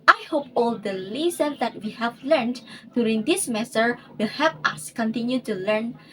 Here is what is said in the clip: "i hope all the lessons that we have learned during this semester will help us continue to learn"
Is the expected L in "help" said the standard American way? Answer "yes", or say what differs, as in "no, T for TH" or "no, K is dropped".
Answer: no, L is dropped